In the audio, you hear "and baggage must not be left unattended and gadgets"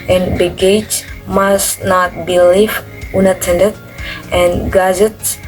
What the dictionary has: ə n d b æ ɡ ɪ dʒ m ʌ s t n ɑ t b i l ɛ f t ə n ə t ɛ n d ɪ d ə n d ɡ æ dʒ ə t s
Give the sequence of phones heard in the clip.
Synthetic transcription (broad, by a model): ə n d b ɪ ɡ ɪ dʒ m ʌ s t n ɑ t b i l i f ə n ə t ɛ n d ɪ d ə n ɡ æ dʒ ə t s